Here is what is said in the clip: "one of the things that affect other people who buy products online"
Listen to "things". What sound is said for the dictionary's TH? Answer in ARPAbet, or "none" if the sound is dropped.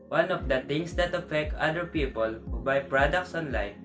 T